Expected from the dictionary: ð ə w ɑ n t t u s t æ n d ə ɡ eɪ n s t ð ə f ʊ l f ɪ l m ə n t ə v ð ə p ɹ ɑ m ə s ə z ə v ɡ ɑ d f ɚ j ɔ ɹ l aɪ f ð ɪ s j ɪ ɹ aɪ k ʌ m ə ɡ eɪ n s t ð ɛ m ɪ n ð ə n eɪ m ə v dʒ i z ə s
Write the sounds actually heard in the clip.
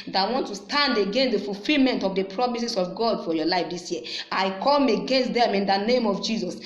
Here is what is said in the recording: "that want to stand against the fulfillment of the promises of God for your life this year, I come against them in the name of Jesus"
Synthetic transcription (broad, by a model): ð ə w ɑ n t t u s t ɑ n d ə ɡ eɪ n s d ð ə f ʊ l f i l m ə n t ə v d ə p ɹ ɑ m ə s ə s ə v ɡ ɑ d f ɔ j ɔ l aɪ f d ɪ s j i aɪ k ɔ m ə ɡ eɪ n s t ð ɛ m ɪ n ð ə n eɪ m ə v dʒ i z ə s